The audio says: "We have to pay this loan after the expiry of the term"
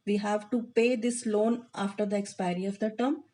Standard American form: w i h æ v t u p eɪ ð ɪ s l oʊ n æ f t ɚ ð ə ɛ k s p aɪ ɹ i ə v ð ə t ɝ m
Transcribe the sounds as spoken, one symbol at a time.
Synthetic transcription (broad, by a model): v i h æ v t u p eɪ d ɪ s l oʊ n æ f t ɚ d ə ɛ k s p aɪ ɹ i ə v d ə t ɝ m